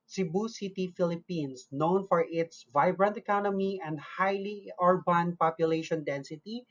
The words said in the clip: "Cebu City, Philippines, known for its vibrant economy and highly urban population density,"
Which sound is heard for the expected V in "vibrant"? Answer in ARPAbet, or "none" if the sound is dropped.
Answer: V